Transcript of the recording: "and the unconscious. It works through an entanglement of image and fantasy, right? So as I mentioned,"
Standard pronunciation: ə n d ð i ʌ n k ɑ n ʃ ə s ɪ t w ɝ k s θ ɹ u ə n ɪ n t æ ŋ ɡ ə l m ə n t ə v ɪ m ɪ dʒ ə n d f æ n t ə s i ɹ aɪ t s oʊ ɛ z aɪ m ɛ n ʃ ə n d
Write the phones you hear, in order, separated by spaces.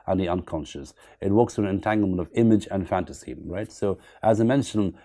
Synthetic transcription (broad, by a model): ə n ð i ʌ n k ɑ n ʃ ə s ɪ t w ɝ k s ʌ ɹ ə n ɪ n t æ ŋ ɡ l m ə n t ə v ɪ m ɪ dʒ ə n f æ n t ə s i ɹ aɪ t s oʊ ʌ z aɪ m ɛ n ʃ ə n